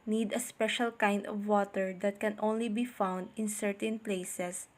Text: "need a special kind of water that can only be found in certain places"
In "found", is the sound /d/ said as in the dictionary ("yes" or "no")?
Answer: yes